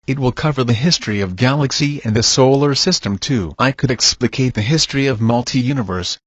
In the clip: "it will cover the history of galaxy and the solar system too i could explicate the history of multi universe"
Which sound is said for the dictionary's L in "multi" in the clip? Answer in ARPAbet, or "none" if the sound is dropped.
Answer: L